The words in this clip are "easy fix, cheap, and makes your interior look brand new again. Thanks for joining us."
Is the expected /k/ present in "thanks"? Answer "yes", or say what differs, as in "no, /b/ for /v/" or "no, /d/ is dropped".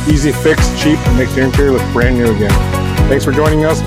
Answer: no, /k/ is dropped